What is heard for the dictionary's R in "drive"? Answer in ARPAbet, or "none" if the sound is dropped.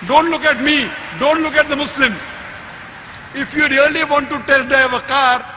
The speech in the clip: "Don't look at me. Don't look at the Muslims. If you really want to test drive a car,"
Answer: none